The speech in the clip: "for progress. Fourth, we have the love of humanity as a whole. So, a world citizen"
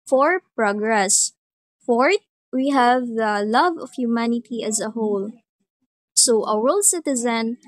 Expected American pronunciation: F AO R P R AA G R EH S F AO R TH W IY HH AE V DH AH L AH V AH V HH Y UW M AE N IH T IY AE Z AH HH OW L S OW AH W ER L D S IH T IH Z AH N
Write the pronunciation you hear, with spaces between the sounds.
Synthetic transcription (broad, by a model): F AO R P R AA G R EH S F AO R T W IY HH AE V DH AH L AH V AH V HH Y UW M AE N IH T IY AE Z AH HH OW L S OW AH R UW L S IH T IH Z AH N